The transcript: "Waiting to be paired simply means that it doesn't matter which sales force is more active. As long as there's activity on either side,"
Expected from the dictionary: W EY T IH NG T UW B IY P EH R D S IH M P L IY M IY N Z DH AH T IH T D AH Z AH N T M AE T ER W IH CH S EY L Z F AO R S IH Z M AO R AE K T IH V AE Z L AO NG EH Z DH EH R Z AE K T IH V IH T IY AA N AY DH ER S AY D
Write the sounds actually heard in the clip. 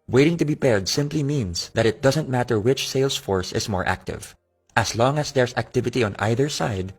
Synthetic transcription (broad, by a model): W EY T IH NG T UW B IY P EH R D S IH M P L IY M IY N S DH AH T IH T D AH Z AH N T M AE T ER W IH CH S EY L S F AO R S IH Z M AO R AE K T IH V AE S L AO NG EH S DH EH R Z AE K T IH V IH T IY AA N AY DH ER S AY D